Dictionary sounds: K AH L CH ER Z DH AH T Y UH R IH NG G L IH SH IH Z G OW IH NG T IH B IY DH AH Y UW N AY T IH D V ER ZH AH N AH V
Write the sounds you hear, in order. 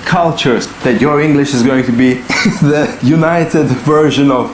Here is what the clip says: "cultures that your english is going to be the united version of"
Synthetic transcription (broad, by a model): K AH L CH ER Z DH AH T Y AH R IH NG G L IH SH IH Z G OW IH NG T IH B IY DH AH Y UW N AY T IH D V ER ZH AH N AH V